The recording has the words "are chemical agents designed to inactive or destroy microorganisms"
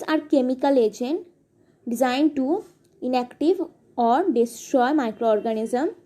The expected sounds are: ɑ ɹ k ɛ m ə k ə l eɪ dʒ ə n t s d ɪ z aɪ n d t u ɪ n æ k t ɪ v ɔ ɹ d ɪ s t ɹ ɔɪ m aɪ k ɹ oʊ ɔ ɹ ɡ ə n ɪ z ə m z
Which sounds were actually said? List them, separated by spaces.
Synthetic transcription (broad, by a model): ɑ ɹ k ɛ m ə k ə l eɪ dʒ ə n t d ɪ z aɪ n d t u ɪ n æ k t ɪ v ɔ ɹ d ɪ s t ɹ ɔɪ m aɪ k ɹ oʊ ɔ ɹ ɡ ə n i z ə m